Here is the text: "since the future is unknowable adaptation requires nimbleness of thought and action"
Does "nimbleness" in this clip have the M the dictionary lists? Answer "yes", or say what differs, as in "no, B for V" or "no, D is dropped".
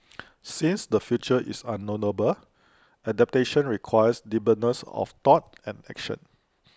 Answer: no, M is dropped